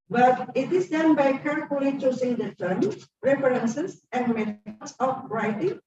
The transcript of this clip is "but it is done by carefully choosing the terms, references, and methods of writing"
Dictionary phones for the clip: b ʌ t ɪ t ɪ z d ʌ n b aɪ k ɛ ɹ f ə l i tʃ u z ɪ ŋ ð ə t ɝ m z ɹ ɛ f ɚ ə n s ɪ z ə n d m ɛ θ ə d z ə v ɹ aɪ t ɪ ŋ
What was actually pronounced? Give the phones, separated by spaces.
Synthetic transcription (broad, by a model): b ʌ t ɪ t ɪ s d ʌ n b aɪ k ɛ ɹ f ə l i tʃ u s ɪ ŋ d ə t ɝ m ɹ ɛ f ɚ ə n s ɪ s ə n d m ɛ t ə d s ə f ɹ aɪ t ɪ ŋ